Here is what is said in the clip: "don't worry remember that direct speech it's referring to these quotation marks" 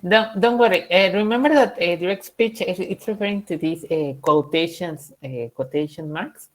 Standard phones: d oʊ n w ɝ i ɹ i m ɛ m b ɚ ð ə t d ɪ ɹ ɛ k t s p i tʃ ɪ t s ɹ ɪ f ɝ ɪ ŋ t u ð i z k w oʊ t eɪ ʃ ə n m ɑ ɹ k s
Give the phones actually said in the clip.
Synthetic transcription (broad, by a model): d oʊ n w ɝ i ɹ i m ɛ m b ɚ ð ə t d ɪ ɹ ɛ k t s p i tʃ ɪ t s ɹ ɪ f ɝ ɪ ŋ t u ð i s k w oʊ t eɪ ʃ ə n m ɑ ɹ k s